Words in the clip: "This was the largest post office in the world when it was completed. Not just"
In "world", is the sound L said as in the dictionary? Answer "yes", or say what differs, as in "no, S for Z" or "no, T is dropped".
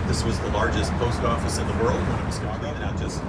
yes